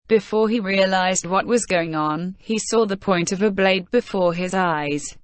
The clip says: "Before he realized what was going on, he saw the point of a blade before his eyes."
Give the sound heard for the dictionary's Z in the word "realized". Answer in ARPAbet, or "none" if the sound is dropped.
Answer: Z